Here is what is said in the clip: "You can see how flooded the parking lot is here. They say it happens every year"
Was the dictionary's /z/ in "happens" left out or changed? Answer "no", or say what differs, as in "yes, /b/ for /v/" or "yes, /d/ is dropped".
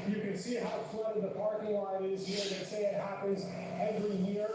no